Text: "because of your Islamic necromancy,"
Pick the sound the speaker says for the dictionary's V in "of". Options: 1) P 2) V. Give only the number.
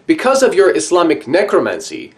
2